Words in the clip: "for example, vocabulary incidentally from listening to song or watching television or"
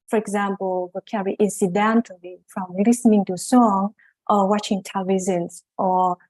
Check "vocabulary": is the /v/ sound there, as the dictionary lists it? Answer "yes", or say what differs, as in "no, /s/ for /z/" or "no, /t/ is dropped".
no, /w/ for /v/